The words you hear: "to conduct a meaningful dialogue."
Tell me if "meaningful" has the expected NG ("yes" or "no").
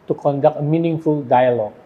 yes